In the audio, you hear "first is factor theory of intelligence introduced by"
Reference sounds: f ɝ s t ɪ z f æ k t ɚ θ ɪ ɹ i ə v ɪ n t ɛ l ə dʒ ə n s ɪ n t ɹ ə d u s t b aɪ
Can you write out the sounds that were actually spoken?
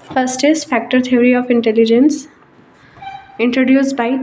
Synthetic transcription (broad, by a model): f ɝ s t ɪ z f æ k t ɚ t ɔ ɹ i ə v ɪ n t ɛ l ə dʒ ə n s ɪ n t ɹ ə d u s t b aɪ